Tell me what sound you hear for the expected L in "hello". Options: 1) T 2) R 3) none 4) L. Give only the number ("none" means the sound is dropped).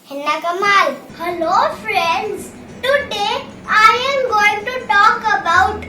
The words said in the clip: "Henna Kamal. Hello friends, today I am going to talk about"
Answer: 4